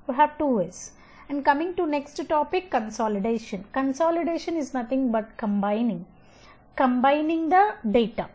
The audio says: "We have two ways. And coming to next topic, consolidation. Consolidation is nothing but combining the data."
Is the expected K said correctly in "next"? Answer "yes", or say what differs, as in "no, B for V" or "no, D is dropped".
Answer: yes